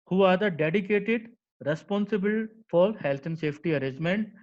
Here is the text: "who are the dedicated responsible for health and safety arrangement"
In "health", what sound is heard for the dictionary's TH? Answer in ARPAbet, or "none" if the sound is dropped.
T